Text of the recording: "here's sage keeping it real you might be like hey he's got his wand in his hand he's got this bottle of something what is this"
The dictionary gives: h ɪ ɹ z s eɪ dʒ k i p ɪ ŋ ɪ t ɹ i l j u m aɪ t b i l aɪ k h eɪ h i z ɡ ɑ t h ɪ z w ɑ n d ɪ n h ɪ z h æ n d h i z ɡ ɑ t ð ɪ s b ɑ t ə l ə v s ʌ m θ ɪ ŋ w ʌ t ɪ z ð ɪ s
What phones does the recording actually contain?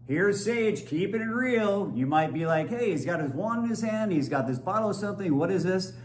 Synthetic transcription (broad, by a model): h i ɹ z s eɪ dʒ k i p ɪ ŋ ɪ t ɹ i l j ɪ m aɪ t b i l aɪ k h eɪ h i z ɡ ɑ t h ɪ z w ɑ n ɪ n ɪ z h æ n d h i z ɡ ɑ t ð ɪ s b ɑ t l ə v s ʌ m θ ɪ ŋ w ʌ t ɪ z ð ɪ s